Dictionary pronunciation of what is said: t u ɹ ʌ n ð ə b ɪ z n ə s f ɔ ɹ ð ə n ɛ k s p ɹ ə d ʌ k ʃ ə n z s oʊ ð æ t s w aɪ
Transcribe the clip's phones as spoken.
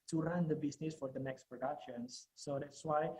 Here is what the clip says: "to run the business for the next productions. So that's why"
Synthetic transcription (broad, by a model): t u ɹ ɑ n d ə b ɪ s n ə s f ɔ ɹ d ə n ɛ k s p ɹ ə d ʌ k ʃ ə n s s oʊ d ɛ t s w aɪ